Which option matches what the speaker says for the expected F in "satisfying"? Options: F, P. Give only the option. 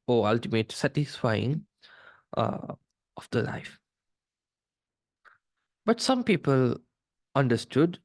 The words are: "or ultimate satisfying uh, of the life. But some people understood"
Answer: F